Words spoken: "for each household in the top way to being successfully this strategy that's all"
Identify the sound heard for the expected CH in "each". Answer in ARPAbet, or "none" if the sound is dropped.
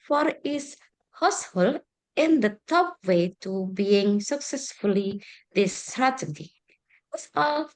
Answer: S